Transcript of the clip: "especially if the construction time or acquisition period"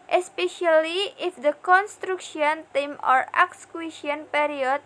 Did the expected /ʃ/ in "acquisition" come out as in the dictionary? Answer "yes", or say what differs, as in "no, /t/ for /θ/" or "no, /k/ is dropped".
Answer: no, /ʃ/ is dropped